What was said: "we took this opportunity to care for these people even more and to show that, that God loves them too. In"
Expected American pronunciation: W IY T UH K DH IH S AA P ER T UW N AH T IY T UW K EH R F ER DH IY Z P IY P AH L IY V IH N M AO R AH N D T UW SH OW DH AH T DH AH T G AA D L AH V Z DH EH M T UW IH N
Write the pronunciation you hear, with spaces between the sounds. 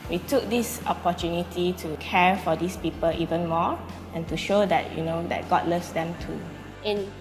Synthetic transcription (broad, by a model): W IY T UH K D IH S AA P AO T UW N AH T IY T UW K EH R F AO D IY S P IY P AH L IY V IH N M AO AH N T UW SH OW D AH T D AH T G AA D L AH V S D EH M T UW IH N